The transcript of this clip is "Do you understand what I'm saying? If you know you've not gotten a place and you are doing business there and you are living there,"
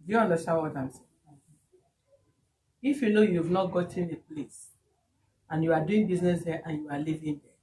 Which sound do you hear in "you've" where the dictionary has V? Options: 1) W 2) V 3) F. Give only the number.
2